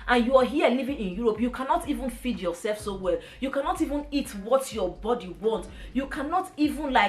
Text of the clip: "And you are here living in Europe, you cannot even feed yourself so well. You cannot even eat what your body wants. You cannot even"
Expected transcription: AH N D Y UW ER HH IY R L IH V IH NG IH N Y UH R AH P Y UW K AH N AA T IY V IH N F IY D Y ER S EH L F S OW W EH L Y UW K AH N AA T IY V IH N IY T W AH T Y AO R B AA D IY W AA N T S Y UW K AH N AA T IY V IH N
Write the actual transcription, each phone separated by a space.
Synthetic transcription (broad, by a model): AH N Y UW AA HH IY L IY V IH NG IH N Y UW R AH P Y UW K AH N AA T IY V IH N F IY D Y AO S EH L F S OW W EH L Y UW K AH N AA T IY V IH N IY T W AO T Y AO B AA D IY W AA N T Y UW K AH N AA T IY V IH N